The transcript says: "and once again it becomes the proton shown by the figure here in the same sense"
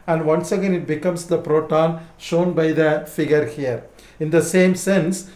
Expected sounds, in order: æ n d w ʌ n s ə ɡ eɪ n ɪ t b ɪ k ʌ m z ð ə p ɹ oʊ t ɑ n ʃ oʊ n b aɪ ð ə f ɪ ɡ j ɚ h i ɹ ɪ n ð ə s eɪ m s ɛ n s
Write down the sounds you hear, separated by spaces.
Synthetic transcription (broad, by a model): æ n d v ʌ n s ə ɡ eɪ n ɪ t b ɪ k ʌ m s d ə p ɹ oʊ t ɑ n ʃ oʊ n b aɪ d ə f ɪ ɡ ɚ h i ɹ ɪ n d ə s eɪ m s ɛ n s